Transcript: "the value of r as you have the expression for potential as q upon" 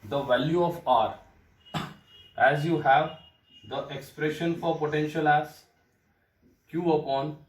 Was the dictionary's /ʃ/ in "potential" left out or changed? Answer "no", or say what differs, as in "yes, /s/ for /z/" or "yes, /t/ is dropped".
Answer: no